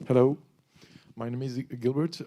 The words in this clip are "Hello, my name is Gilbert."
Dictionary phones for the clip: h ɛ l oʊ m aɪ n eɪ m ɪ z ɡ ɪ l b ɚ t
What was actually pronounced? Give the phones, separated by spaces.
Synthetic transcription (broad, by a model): h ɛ l oʊ m aɪ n eɪ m ɪ z ɡ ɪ l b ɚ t